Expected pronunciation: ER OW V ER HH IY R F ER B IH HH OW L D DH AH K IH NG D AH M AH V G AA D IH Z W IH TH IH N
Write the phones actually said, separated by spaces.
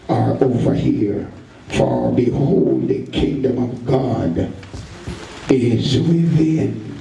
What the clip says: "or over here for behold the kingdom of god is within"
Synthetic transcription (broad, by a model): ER OW V ER HH IY R F ER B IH HH OW L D DH AH K IH NG D AH M AH V G AA D IH Z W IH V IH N